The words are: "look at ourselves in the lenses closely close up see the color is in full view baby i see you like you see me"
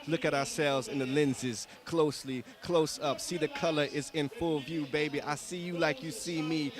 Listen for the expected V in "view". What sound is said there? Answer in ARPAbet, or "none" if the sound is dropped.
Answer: V